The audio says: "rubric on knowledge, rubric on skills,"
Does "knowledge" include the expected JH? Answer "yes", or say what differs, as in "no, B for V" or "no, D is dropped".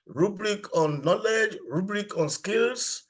yes